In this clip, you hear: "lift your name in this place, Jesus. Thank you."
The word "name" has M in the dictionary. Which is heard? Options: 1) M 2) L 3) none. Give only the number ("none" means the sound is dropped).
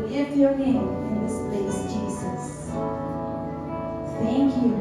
3